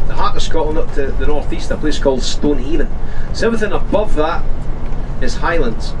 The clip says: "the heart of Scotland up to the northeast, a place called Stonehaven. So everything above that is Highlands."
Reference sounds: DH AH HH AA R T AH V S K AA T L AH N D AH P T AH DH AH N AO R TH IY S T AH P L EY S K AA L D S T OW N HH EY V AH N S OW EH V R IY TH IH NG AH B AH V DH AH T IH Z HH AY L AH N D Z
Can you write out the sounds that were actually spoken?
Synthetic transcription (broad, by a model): DH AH HH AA R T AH S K AA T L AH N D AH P T AH DH AH N AO R TH IY S T AH P L EY S K AA L D S T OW N HH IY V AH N S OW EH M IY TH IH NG AH B AH V DH AH T IH Z HH AY L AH N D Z